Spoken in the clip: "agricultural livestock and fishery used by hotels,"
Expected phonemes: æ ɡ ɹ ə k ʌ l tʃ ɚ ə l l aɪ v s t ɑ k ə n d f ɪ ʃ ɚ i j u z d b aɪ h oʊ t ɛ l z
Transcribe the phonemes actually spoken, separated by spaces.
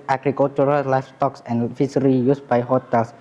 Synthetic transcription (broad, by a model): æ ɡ ɹ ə k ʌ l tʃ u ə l l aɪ f s t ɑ k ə n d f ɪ s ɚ i j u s b aɪ h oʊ t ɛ l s